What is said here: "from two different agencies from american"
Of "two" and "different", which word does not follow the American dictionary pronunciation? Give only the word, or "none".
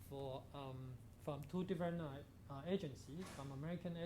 different